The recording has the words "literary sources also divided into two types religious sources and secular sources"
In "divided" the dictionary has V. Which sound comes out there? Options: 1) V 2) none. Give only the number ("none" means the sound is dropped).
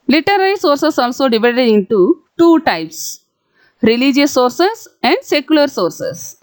1